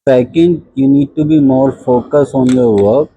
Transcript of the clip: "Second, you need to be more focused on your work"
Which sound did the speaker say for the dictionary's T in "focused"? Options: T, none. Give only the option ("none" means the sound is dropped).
none